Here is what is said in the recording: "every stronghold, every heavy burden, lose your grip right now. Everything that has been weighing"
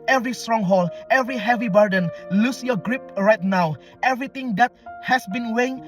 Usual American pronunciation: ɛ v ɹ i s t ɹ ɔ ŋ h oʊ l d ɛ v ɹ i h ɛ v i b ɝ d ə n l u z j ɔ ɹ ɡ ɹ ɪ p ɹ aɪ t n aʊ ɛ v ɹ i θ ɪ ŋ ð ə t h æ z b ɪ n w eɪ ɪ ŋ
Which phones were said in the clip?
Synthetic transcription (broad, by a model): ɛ v ɹ i s t ɹ ɔ ŋ h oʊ l ɛ v ɹ i h ɛ v i b ɝ d ə n l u s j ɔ ɡ ɹ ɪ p ɹ aɪ t n aʊ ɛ v ɹ i t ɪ ŋ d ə t h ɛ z b ɪ n w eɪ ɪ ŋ